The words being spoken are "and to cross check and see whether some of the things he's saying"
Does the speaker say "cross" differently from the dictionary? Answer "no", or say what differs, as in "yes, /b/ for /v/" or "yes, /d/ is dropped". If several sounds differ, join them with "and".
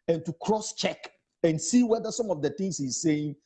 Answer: no